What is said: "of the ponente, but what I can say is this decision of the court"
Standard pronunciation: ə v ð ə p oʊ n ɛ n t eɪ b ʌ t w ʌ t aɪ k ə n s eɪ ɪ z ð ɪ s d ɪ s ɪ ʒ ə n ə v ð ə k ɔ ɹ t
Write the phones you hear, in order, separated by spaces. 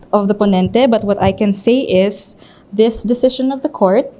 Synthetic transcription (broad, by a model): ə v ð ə p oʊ n ɛ n t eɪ b ʌ t w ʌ t aɪ k ə n s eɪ ɪ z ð ɪ s d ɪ s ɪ ʃ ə n ə v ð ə k ɔ ɹ t